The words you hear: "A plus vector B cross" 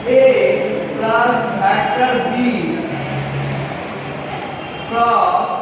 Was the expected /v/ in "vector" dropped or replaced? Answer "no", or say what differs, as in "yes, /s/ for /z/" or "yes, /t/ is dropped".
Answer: yes, /b/ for /v/